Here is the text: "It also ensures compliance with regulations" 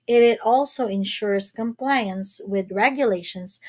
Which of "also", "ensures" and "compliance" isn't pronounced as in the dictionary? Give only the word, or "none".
ensures